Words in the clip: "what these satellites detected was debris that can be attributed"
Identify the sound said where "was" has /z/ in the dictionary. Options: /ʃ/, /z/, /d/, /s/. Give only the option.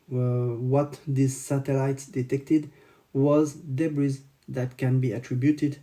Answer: /z/